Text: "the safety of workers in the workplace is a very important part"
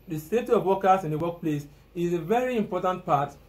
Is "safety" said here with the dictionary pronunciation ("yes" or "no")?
no